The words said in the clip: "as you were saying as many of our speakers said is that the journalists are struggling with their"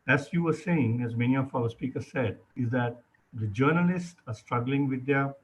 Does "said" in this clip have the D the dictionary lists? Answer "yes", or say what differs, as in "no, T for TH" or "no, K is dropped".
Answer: yes